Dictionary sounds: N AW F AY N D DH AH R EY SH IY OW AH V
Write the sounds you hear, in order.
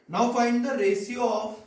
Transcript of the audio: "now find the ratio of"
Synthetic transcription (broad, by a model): N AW F AY N D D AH R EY S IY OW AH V